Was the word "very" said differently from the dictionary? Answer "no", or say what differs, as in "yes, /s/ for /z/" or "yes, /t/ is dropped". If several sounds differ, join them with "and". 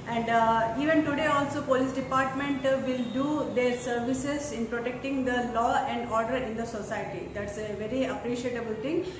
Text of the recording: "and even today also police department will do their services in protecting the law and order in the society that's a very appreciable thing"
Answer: no